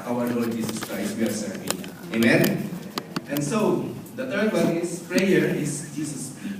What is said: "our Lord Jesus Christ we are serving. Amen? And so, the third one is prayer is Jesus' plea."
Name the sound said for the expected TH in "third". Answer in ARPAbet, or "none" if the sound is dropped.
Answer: T